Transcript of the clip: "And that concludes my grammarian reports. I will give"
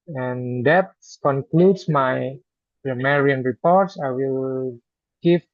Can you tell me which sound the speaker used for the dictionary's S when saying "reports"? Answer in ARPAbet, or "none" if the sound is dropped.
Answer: S